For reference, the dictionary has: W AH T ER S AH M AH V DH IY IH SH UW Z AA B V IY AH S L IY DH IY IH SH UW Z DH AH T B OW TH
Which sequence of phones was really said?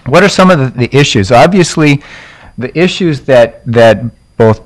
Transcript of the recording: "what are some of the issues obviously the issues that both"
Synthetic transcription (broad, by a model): W AH T ER S AH M AH V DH IY IH SH UW Z AA B V IY AH S L IY DH IY IH SH UW Z DH AH T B OW TH